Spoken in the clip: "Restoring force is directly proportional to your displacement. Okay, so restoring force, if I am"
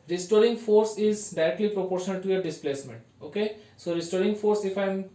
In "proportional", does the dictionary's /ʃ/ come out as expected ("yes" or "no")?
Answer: yes